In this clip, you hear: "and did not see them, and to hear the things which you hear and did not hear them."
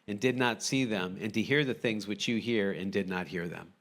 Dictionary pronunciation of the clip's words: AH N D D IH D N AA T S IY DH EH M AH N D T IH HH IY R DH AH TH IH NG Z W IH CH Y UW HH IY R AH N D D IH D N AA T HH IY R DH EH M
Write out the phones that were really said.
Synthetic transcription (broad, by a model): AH N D D IH D N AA T S IY DH EH M AH N D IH HH IY R DH AH TH IH NG Z W IH CH Y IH HH IY R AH N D D IH D N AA T HH IY R DH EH M